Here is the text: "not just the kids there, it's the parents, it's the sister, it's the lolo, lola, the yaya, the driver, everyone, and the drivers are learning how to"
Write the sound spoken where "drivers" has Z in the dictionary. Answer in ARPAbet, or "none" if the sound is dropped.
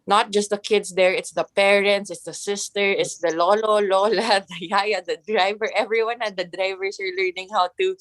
S